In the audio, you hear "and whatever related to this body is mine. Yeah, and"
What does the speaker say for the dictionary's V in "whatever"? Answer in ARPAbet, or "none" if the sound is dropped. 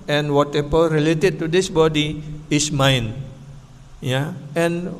P